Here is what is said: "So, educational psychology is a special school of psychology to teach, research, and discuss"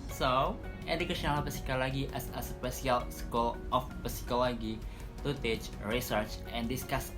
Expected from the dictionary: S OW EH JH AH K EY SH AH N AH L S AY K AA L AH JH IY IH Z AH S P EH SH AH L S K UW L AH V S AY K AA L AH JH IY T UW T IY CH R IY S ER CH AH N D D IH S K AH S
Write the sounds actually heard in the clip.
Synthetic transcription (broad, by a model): S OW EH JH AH K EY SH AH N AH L S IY K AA L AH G IY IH S AH S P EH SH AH L S K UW L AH P S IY K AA L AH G IY T UW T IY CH R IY S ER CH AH N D D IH S K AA S